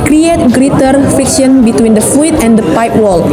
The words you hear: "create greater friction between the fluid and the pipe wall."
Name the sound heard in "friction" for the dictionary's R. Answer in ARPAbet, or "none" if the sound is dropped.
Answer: none